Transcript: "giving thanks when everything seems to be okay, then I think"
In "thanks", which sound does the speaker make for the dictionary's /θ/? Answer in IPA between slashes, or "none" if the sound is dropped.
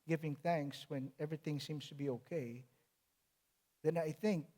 /θ/